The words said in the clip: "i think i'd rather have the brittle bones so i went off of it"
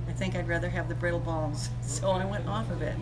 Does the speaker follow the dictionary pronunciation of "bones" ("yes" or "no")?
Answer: no